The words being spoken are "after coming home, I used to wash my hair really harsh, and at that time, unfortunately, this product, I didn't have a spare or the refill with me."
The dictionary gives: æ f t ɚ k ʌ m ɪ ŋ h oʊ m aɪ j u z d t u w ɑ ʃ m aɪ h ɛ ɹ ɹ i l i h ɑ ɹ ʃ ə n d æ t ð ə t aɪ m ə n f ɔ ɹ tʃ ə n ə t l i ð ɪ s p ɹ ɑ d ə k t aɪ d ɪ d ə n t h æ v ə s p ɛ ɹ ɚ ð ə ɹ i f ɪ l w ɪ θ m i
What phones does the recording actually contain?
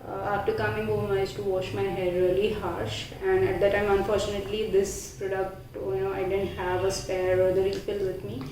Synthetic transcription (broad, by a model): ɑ f t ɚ k ʌ m ɪ ŋ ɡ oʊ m aɪ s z t u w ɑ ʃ m aɪ h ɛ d ɹ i l i h ɑ ɹ ʃ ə n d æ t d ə t aɪ m ə n f ɔ ɹ tʃ ə n ə t l i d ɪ s p ɹ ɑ d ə k t aɪ d ɪ d ə n t h æ v ə s p ɛ ɹ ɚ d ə ɹ i f ɪ l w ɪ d m i